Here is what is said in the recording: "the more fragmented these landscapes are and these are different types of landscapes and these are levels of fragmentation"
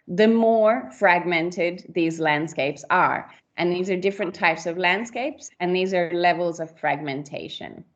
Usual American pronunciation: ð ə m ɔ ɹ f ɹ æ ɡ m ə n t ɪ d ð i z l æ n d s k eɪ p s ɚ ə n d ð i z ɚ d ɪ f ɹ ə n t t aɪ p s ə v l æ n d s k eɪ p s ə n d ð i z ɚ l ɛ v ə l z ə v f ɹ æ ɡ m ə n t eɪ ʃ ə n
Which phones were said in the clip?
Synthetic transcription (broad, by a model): ð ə m ɔ ɹ f ɹ æ ɡ m ə n t ɪ d ð i z l æ n d s k eɪ p s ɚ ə n ð i z ɚ d ɪ f ɹ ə n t t aɪ p s ə v l æ n d s k eɪ p s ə n ð i z ɚ l ɛ v ə l z ə v f ɹ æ ɡ m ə n t eɪ ʃ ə n